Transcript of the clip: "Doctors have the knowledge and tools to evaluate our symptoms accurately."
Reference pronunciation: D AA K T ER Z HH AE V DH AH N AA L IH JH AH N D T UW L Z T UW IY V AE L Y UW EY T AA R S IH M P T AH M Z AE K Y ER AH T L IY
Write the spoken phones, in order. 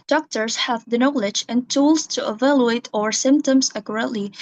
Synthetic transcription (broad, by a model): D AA K T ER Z HH AE V DH AH N AA L IH JH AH N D T UW L Z T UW IY V AE L Y UW EY T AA R S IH M P T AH M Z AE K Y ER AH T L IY